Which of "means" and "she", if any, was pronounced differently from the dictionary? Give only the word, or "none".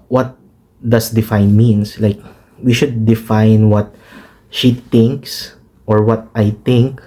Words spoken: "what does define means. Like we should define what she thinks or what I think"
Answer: means